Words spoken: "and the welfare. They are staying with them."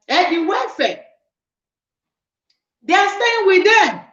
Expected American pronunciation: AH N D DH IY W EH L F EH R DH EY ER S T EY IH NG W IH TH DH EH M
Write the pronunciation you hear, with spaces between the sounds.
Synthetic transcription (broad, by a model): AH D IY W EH F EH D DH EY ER S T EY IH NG W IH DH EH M